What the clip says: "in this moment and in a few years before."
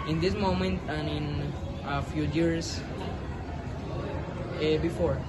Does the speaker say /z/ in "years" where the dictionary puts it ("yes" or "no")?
no